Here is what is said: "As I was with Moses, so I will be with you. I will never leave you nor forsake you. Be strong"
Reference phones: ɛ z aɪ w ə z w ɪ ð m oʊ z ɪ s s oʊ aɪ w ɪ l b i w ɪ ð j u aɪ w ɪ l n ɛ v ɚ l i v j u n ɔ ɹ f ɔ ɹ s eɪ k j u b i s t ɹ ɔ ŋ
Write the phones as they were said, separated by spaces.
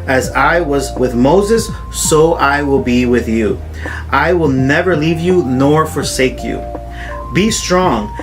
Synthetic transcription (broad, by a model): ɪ z aɪ w ə z w ɪ ð m oʊ z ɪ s s oʊ aɪ w ɪ l b i w ɪ ð j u aɪ w ɪ l n ɛ v ɚ l i v j u n ɔ ɹ f ɔ ɹ s eɪ k j u b i s t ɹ ɔ ŋ